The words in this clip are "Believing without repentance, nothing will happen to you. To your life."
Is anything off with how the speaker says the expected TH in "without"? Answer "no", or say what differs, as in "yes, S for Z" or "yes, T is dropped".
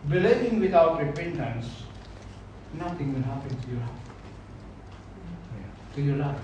yes, T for TH